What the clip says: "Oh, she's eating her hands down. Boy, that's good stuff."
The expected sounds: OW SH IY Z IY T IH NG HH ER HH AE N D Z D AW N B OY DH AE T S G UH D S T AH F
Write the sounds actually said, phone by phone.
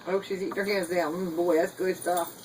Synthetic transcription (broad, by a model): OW SH IY Z IY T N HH ER HH AE N D Z D AW N B OY DH AE T S G UH D S T AH F